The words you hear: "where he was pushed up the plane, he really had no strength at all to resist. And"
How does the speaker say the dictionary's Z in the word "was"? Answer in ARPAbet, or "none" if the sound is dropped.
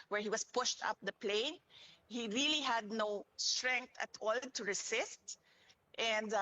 S